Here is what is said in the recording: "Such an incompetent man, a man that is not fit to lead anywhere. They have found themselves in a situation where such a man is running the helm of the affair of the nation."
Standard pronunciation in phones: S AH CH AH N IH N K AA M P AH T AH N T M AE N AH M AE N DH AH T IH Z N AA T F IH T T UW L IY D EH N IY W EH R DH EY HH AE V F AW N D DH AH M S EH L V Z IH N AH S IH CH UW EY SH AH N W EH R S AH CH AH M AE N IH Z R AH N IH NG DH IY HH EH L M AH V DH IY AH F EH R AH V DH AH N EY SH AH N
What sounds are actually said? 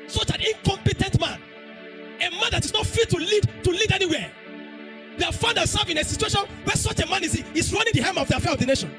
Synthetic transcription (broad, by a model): S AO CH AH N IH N K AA M P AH T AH N T M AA N AH M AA N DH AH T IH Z N AA T F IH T T UW L IY D EH N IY W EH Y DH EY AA F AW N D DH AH S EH V IH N AH S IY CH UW EY SH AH N W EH S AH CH AH M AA N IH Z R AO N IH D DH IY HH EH M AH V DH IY AH F EH R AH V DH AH N EY SH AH N